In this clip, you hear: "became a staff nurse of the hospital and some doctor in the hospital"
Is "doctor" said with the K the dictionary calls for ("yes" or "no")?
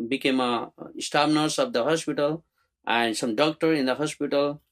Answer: yes